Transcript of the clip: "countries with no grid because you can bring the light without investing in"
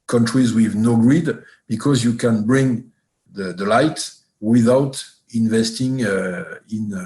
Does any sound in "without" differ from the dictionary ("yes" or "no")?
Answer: no